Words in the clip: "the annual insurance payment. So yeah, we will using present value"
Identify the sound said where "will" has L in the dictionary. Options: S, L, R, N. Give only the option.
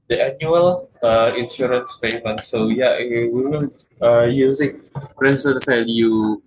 N